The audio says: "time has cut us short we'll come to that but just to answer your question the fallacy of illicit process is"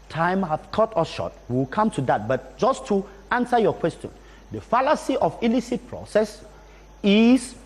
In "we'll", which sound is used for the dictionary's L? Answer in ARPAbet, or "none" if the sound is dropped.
W